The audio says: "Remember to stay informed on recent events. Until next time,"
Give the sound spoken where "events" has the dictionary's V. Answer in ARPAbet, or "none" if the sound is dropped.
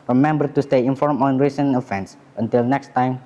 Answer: F